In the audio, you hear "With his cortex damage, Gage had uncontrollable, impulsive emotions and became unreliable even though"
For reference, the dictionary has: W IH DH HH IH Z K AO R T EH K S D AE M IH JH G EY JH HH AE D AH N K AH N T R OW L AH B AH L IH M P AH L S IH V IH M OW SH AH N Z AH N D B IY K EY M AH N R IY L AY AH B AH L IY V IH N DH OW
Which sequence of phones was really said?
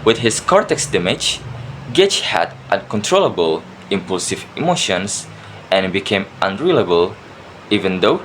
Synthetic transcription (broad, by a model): W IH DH HH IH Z K AO R T EH K S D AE M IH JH G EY CH HH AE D AH N K AH N T R OW L AH B AH L IH M P AH L S IH V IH M OW SH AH N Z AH N B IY K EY M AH N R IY L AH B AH L IY V IH N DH OW